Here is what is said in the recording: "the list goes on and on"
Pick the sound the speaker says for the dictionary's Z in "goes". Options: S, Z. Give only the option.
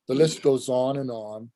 Z